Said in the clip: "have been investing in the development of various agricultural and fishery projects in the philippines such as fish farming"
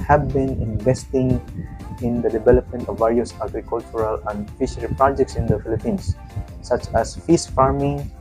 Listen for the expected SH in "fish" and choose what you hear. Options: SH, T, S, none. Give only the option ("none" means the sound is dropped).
S